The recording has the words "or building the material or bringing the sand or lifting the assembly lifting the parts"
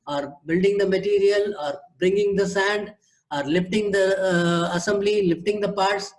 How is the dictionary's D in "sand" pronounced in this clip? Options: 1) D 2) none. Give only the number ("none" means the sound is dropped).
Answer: 1